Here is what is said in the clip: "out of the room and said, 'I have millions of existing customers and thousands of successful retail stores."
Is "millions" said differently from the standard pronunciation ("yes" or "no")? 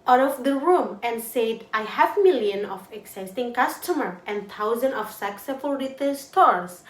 yes